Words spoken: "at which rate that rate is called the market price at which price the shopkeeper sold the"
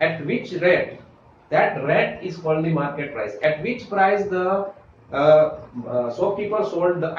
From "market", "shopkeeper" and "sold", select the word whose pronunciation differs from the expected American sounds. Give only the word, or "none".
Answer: shopkeeper